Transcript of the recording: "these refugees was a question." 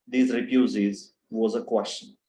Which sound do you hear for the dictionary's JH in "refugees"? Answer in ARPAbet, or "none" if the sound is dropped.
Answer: Z